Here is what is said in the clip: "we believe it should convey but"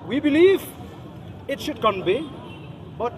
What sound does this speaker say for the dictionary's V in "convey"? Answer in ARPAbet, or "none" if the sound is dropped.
B